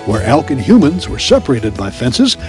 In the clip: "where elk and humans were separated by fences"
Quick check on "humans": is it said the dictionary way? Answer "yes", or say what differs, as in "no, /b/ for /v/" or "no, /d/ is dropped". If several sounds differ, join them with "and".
yes